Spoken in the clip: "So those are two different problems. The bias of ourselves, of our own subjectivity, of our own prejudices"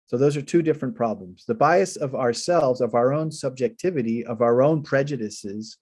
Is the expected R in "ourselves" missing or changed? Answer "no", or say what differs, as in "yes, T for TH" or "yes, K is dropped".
no